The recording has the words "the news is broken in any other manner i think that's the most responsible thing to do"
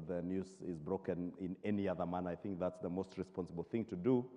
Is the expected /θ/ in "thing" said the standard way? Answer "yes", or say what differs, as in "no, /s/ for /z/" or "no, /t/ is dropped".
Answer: yes